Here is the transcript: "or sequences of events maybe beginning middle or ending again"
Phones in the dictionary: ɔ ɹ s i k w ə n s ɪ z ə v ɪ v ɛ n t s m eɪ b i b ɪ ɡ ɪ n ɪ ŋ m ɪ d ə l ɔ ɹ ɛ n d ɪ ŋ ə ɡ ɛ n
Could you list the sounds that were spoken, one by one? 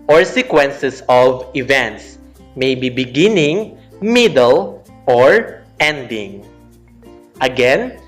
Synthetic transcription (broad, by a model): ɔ ɹ s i k w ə n s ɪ s ə v ɪ v ɛ n t s m eɪ b i b ɪ ɡ ɪ n ɪ ŋ m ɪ d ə l ɔ ɹ ɛ n d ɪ ŋ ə ɡ ɛ n